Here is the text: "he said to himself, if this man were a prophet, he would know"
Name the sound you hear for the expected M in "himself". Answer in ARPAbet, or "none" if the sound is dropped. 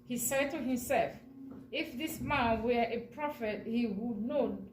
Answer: M